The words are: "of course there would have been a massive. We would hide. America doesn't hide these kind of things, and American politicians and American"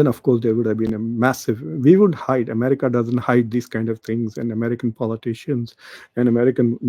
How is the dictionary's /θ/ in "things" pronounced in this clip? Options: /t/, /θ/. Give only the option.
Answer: /t/